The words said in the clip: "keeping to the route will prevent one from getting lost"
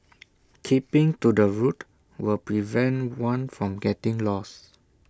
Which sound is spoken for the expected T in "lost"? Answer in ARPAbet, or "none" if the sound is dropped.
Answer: none